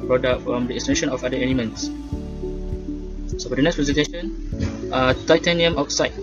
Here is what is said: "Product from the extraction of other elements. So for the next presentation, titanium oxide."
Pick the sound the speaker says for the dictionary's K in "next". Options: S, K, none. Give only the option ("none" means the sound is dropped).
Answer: K